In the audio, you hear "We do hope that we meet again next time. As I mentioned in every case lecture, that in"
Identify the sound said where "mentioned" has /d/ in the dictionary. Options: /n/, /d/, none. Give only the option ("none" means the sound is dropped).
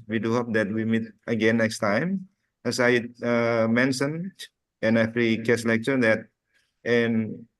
none